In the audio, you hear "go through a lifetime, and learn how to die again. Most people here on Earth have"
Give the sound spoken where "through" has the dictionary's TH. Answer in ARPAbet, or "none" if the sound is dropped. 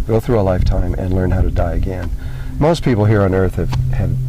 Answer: TH